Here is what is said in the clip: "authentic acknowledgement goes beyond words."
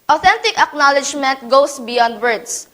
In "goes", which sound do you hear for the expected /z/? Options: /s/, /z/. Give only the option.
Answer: /s/